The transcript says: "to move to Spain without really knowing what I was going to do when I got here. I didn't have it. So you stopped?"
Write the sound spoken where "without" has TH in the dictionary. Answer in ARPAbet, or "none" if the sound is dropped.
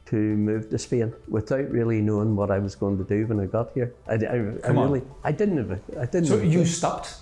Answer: TH